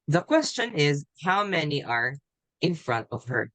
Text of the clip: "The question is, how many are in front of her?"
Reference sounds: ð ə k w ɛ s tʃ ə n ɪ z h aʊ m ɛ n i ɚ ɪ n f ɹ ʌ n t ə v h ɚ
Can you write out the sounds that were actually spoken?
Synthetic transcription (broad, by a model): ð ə k w ɛ s tʃ ə n ɪ z h aʊ m ɛ n i ɚ ɪ n f ɹ ʌ n t ə v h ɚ